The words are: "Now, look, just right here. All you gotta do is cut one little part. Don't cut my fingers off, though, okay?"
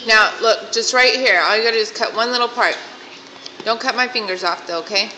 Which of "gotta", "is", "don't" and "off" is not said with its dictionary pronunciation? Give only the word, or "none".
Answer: is